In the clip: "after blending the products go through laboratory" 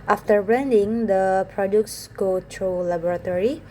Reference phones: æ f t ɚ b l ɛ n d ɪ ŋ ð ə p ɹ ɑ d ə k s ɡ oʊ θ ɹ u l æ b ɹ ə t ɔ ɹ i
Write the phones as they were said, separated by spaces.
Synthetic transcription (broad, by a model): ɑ f t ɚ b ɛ n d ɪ ŋ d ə p ɹ ɑ d ə k s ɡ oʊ t ɹ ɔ l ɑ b ɹ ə t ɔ ɹ i